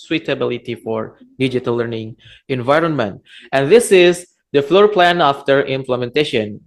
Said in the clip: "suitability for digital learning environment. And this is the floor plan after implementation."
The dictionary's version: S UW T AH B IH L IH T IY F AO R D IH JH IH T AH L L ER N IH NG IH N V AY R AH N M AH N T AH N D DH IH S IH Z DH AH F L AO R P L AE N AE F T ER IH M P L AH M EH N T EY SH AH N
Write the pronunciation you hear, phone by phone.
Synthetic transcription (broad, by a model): S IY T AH B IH L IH T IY F AO R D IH JH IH T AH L L ER N IH NG IH N V AY R AH N M AH N T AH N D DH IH S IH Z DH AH F L AO R P L AE N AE F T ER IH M P L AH M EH N T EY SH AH N